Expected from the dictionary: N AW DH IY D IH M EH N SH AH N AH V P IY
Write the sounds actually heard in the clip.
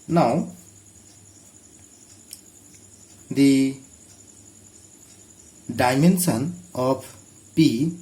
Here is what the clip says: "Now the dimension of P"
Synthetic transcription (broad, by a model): N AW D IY D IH M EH N S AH N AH P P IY